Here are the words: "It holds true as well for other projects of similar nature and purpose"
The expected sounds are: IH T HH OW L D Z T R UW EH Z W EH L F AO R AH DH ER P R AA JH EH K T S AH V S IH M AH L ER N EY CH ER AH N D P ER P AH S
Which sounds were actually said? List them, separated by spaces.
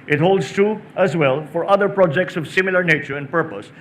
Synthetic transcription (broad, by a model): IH T HH OW L D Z T UW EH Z W EH L F AO R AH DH ER P R AA JH EH K T S AH V S IH M AH L ER N EY CH ER AH N D P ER P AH S